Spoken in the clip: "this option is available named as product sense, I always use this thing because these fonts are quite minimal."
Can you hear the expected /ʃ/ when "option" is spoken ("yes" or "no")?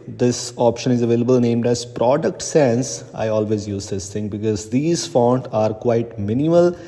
yes